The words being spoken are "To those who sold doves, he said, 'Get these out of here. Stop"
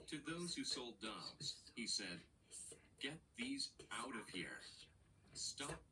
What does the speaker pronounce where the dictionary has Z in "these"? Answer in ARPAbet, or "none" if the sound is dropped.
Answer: Z